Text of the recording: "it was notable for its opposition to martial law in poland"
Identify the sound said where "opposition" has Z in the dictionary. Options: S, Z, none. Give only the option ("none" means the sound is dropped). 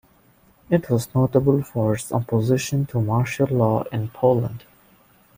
Z